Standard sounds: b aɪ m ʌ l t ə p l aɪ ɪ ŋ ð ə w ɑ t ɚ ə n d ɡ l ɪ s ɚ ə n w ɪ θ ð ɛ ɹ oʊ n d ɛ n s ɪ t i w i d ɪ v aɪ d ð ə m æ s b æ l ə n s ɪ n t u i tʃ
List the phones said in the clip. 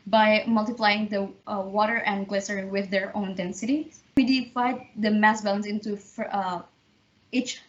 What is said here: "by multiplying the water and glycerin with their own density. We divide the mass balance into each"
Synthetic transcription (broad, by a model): b aɪ m ʌ l t ə p l aɪ ɪ ŋ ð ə w ɑ t ɚ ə n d ɡ l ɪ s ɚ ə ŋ w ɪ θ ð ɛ ɹ oʊ n d ɛ n s ɪ t i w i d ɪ f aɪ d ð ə m æ s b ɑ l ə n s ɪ n t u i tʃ